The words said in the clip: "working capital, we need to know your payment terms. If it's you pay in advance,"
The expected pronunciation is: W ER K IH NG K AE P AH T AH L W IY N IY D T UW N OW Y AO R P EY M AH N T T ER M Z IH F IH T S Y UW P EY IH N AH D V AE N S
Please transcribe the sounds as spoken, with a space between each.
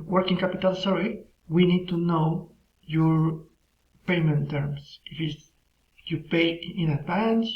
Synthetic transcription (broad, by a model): W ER K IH NG K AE P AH T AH L W IY N IY D T UW N OW Y AO R P EY M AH N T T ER M S IH F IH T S Y UW P EY IH N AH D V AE N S